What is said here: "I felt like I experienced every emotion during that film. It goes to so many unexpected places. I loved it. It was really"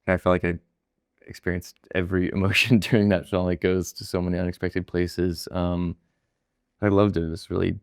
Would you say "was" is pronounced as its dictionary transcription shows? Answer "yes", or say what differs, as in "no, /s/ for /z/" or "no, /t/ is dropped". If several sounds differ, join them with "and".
no, /s/ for /z/